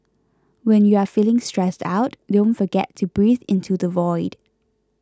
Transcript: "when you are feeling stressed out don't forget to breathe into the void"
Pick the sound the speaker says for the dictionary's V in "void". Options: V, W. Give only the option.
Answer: V